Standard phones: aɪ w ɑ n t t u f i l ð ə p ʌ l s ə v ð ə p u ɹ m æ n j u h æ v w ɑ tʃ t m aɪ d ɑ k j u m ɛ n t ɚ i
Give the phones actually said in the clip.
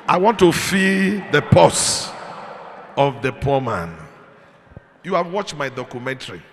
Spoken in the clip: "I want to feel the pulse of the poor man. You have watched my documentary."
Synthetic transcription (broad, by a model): aɪ w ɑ n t t u f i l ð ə p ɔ s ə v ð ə p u m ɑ n j u h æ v w ɑ tʃ t m aɪ d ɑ k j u m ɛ n t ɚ i